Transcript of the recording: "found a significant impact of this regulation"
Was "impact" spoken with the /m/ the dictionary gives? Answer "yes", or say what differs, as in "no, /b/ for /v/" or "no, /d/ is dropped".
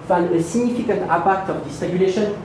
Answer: no, /m/ is dropped